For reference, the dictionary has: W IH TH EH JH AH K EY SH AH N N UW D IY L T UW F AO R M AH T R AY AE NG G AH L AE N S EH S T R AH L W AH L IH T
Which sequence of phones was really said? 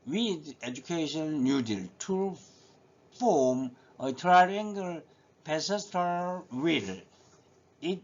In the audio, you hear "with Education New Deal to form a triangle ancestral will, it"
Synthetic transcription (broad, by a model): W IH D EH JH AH K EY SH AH N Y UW D IY L T UW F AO M AH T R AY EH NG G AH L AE S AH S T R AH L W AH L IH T